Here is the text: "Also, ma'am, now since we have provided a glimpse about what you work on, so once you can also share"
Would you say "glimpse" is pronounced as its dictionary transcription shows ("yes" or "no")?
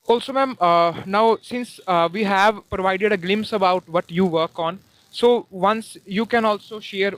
yes